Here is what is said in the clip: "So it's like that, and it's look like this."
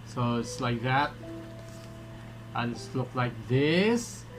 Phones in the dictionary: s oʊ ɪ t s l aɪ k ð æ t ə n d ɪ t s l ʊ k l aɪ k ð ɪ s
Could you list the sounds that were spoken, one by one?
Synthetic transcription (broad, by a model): s oʊ ɪ t s l aɪ k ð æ t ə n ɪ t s l ʊ k l aɪ k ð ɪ s